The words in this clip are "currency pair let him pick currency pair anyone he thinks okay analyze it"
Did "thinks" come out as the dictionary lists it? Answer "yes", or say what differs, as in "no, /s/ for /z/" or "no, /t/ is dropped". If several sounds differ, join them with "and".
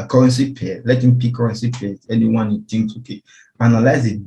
no, /t/ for /θ/